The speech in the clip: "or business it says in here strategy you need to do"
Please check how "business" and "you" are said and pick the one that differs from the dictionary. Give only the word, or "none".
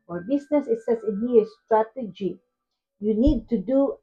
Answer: business